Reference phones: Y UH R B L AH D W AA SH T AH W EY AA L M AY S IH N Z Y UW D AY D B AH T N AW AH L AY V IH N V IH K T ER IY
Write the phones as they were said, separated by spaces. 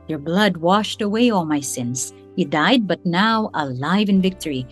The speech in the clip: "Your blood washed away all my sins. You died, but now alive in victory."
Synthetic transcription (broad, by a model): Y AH R B L AH D W AA SH T AH W EY AA L M AY S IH N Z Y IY D AY D B AH T N AW AH L AY V IH N V IH K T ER IY